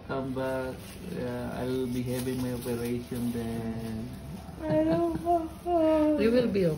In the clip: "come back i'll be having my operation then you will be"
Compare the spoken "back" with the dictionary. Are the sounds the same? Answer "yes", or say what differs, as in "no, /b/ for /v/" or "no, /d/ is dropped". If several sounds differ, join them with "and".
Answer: no, /k/ is dropped